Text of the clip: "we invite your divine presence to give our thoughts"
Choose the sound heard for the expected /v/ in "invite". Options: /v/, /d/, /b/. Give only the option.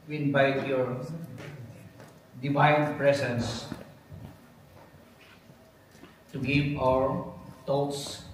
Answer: /b/